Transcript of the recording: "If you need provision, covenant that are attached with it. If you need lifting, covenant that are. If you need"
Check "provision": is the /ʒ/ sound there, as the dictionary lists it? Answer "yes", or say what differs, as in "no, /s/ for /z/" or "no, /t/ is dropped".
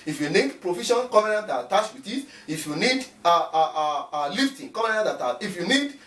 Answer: no, /ʃ/ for /ʒ/